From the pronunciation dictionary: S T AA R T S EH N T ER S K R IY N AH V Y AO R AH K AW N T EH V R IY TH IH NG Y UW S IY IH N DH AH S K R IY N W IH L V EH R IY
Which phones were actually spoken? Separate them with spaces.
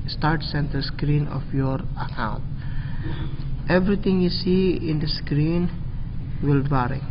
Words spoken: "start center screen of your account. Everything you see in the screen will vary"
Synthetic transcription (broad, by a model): S T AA R T S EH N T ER S K R IY N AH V Y AO R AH K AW N T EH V R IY T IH NG Y UW S IY IH N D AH S K R IY N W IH L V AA R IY